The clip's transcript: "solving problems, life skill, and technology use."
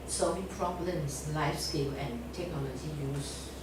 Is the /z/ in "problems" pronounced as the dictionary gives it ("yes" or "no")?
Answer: no